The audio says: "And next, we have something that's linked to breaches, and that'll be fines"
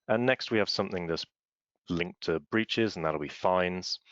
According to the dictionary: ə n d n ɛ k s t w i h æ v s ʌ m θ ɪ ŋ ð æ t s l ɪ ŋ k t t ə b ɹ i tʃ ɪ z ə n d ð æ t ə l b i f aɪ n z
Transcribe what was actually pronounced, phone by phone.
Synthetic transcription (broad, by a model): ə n n ɛ k s t w i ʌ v s ʌ m θ ɪ ŋ ð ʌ t s l ɪ ŋ k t t ə b ɹ i tʃ ɪ z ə n ð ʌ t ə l b i f aɪ n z